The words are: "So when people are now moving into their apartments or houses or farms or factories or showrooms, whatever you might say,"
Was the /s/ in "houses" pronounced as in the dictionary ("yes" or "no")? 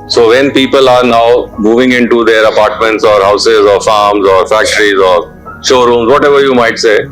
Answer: yes